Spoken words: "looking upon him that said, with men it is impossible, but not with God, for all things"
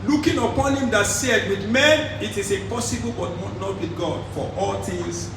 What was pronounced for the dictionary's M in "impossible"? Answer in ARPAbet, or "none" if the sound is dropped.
none